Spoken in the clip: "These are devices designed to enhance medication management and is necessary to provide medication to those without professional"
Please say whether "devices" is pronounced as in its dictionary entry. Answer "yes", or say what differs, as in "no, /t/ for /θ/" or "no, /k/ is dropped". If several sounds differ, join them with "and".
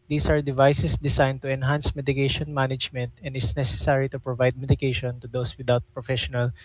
no, /s/ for /z/